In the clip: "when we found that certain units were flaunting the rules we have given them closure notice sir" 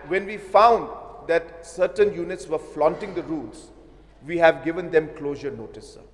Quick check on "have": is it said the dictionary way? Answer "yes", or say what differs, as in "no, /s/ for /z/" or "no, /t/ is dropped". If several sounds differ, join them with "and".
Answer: yes